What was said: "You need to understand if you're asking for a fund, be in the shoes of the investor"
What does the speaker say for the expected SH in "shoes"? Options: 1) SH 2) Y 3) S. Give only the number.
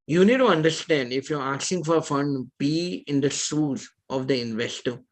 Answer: 3